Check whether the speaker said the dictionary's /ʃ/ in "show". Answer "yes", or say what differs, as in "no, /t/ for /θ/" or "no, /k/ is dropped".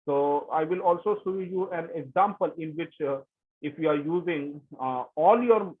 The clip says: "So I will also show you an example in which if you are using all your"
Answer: no, /s/ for /ʃ/